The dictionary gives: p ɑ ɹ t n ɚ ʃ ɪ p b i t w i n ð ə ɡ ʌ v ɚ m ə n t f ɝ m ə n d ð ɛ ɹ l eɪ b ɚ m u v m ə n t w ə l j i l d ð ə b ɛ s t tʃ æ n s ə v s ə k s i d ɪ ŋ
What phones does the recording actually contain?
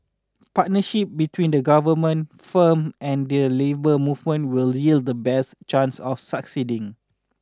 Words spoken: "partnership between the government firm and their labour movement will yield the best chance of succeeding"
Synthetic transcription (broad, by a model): p ɑ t n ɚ ʃ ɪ p b i t w i n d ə ɡ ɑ v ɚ m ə n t f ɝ m ə n d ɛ l eɪ b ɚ m u v m ə n t w ə l j i l d ə b ɛ s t tʃ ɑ n s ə f s ə k s i d ɪ ŋ